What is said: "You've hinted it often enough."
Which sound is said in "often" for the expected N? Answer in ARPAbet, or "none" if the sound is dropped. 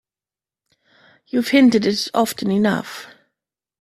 N